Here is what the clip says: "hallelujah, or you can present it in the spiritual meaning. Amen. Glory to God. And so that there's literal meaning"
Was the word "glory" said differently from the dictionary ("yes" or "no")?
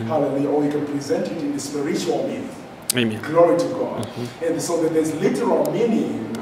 no